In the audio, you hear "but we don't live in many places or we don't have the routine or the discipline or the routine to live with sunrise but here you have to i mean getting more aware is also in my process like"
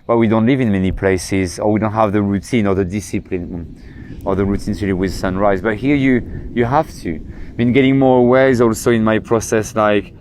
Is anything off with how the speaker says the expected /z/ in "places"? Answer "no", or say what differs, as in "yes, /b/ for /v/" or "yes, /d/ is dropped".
no